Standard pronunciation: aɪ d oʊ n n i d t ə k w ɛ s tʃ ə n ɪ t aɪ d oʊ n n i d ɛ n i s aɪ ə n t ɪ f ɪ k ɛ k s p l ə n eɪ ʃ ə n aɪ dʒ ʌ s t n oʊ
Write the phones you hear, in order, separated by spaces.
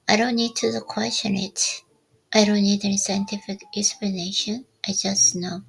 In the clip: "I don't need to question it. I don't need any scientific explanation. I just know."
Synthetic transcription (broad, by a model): aɪ d oʊ n n i d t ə k w ɛ s tʃ ə n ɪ t aɪ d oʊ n n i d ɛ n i s aɪ ə n t ɪ f ɪ k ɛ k s p l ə n eɪ ʃ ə n aɪ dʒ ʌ s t n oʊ